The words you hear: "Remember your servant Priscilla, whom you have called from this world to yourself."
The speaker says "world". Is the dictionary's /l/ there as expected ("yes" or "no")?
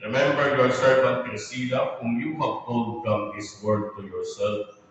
no